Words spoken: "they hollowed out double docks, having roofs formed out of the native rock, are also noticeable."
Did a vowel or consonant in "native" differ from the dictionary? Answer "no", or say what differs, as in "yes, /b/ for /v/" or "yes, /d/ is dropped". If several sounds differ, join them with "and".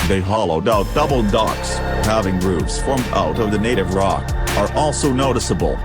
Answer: no